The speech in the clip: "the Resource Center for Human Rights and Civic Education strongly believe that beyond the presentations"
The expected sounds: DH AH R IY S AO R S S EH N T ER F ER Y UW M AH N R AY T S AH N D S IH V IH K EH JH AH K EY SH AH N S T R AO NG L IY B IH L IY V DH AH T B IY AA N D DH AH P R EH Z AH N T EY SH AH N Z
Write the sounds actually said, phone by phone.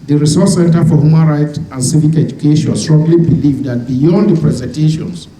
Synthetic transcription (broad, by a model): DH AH R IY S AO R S S EH N T ER F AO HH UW M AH N R AY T AH N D S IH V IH K EH JH AH K EY SH AH N S T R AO NG L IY B IH L IY V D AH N B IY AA N D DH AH P R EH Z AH N T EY SH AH N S